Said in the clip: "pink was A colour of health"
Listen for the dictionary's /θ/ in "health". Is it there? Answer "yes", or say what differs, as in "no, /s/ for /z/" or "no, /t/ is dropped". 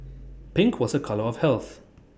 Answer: yes